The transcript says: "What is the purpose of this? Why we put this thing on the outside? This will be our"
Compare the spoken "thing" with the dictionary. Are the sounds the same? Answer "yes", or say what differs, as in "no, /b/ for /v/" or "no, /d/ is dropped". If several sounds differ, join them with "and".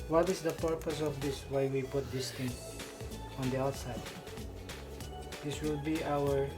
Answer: no, /t/ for /θ/